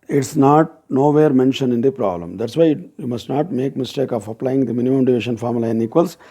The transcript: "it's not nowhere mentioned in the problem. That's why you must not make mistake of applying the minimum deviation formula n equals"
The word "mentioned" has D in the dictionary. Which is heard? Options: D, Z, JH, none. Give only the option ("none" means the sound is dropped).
none